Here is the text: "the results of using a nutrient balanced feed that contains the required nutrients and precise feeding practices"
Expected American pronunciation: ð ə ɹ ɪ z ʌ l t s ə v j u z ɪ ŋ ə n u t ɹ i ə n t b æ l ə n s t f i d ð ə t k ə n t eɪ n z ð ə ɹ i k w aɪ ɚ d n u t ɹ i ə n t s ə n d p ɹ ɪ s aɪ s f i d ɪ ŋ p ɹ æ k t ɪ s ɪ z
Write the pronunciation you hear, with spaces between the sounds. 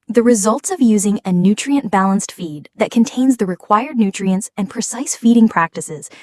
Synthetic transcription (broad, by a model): ð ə ɹ ɪ z ʌ l t s ə v j u z ɪ ŋ ə n u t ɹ i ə n b æ l ə n s t f i d ð ə t k ə n t eɪ n z ð ə ɹ i k w aɪ ɚ d n u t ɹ i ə n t s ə n p ɹ ɪ s aɪ s f i d ɪ ŋ p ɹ æ k t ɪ s ɪ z